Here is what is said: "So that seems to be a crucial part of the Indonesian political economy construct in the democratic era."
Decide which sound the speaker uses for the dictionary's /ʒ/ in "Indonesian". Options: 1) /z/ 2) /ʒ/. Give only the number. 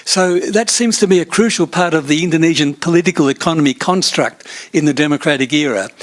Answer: 2